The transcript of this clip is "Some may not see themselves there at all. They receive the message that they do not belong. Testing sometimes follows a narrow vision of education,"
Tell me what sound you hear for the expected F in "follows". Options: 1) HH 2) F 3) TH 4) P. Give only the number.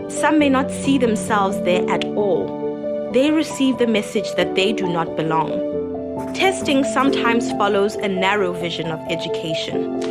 2